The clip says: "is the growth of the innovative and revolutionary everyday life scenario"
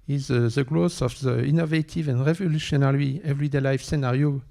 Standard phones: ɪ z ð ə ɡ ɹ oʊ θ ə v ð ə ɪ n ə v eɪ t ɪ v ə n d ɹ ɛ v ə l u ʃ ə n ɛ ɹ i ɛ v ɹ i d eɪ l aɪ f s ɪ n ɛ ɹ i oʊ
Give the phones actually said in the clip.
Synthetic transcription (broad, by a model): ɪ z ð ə ɡ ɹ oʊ s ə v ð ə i n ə v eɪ t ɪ v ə n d ɹ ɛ v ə l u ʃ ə n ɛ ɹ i ɛ v ɹ i d eɪ l aɪ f s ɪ n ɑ ɹ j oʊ